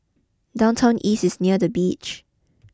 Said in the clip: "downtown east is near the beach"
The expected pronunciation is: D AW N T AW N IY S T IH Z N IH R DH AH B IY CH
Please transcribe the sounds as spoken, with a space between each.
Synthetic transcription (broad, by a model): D AW N T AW N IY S IH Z N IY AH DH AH B IY CH